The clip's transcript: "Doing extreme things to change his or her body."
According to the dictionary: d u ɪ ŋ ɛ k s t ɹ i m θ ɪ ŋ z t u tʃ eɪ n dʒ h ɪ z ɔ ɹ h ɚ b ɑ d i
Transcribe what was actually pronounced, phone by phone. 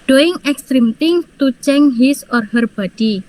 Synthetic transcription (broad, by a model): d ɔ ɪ ŋ ɛ k s t ɹ i m t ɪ ŋ t u tʃ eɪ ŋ h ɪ s ɔ ɹ h ɚ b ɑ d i